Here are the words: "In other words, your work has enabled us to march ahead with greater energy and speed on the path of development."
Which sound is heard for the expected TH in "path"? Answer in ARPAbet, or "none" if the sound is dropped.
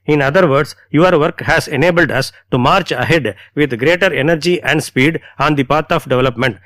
T